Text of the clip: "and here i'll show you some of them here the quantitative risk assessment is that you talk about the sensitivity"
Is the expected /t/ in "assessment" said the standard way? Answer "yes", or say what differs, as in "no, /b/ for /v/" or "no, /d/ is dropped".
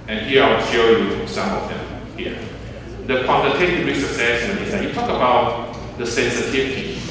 no, /t/ is dropped